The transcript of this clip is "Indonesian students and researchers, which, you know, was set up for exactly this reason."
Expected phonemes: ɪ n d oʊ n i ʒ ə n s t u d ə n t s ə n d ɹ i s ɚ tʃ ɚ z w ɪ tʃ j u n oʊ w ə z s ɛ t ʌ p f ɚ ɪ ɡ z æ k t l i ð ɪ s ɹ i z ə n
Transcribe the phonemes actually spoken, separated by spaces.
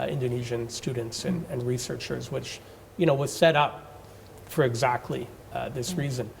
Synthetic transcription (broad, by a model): ɪ n d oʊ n i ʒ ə n s t u d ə n t s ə n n ɹ i s ɚ tʃ ɚ z w ɪ tʃ j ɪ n oʊ w ə z s ɛ t ʌ p f ɚ ɪ ɡ z æ k t l i ð ɪ s ɹ i z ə n